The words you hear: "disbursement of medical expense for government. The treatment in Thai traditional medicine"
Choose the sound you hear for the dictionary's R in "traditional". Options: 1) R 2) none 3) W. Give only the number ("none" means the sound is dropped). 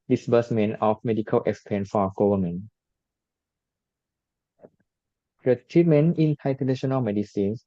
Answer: 2